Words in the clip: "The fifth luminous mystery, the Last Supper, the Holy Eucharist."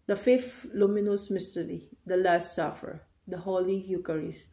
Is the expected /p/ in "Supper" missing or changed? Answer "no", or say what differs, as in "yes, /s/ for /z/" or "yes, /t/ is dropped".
yes, /f/ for /p/